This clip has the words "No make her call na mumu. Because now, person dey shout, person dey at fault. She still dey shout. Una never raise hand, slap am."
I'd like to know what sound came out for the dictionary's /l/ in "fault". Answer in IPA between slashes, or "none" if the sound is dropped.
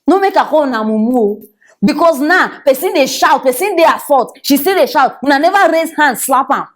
none